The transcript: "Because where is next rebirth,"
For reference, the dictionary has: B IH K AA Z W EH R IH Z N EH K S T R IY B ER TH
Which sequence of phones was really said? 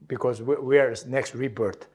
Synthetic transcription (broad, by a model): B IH K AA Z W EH W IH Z N EH K S T R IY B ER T